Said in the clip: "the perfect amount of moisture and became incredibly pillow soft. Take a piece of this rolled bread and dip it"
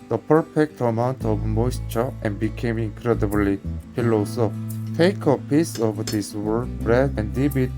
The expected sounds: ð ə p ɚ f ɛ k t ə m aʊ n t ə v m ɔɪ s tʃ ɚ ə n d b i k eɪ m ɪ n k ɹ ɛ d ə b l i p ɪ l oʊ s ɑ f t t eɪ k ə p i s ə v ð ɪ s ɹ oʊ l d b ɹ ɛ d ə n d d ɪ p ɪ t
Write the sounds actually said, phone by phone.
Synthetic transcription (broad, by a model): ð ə p ɚ f ɛ k t ə m aʊ n t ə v m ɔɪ s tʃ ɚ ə n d b i k eɪ m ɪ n k ɹ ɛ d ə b l i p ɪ l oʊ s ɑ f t t eɪ k ə p i s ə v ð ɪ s w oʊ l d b ɹ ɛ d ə n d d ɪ b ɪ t